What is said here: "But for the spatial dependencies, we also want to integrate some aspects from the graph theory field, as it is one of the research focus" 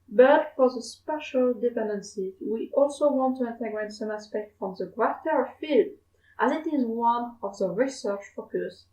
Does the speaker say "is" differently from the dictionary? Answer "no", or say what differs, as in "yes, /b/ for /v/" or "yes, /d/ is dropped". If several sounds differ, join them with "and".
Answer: no